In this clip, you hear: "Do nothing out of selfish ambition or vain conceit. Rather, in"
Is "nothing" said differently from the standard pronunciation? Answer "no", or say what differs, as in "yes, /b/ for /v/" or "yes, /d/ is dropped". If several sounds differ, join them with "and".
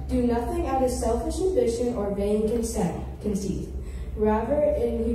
no